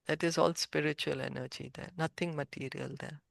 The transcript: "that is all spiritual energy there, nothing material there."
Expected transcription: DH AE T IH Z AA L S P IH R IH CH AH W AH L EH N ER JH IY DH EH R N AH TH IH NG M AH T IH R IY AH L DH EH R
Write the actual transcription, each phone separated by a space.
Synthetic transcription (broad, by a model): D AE T IH Z AA L S P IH R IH CH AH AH L EH N ER JH IY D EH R N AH T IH NG M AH T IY R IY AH L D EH R